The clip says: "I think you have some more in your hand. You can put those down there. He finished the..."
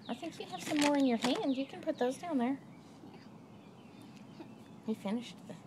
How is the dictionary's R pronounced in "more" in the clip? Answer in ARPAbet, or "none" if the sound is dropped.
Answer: R